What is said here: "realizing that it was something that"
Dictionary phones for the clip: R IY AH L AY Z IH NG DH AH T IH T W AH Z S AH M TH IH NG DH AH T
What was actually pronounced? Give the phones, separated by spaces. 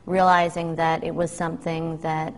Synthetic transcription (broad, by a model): R IY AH L AY Z IH NG DH AH T IH T W AH Z S AH M TH IH NG DH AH T